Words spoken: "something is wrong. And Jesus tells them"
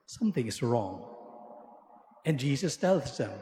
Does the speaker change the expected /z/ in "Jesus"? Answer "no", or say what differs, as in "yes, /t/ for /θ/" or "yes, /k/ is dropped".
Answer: no